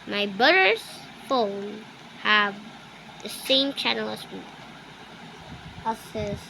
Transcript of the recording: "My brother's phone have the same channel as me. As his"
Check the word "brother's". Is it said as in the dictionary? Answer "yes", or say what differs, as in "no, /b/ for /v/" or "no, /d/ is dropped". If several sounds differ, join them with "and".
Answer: no, /ɹ/ is dropped